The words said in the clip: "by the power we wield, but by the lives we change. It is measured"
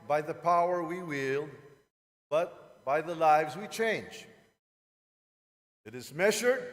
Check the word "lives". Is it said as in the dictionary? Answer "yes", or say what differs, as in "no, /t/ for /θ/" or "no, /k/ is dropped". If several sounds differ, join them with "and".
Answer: yes